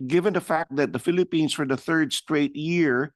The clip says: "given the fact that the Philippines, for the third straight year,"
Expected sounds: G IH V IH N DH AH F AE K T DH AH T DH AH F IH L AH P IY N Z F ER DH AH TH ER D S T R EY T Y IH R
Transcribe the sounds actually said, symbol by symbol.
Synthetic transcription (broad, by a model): G IH V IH N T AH F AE K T DH AH T DH AH F IH L AH P IY N Z F ER DH AH TH ER D S T R EY T Y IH R